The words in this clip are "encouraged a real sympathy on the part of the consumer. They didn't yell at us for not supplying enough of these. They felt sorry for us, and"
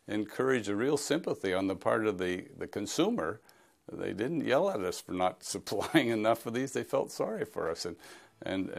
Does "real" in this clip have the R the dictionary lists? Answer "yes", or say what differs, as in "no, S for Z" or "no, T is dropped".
yes